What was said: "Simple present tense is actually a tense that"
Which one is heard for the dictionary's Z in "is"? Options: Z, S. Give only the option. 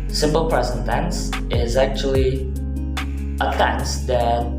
Z